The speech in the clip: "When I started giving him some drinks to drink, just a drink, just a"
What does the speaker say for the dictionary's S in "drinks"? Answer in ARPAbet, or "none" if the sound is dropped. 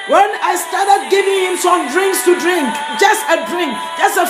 S